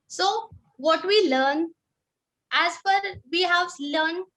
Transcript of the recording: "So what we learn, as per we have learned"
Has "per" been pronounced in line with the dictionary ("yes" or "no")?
no